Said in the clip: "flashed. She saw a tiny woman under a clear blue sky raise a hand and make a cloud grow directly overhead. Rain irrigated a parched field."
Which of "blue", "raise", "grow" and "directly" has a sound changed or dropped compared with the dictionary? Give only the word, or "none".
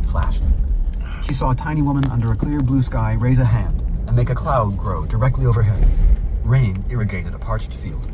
none